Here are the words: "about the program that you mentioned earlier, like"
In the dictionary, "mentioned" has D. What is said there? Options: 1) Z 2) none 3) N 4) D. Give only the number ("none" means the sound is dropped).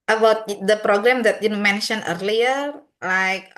2